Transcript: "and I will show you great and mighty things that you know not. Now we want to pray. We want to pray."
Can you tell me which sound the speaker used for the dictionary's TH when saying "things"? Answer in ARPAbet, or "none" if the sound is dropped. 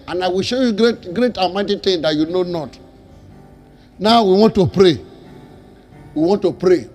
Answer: T